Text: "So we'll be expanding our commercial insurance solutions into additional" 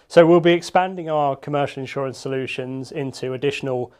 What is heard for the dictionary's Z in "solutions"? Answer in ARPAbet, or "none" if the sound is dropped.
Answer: Z